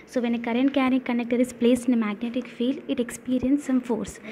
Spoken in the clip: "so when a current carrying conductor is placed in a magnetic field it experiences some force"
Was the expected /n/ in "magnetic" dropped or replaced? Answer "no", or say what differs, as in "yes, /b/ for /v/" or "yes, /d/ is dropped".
no